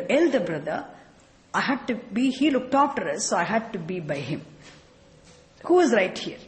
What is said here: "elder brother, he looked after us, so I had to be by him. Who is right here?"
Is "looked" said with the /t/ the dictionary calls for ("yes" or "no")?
yes